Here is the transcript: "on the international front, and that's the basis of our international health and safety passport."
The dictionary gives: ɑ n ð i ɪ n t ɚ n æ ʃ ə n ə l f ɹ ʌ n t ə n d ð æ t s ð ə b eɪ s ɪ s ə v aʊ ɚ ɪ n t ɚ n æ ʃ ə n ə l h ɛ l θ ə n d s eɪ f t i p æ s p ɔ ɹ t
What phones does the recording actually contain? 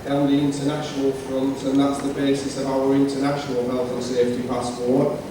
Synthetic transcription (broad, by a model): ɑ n ð i ɪ n t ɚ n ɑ ʃ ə n ə l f ɹ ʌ n t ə n ð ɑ t s ð ə b eɪ s ɪ s ə v aʊ ɚ ɪ n t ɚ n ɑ ʃ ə n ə l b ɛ l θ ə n s eɪ f t i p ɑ s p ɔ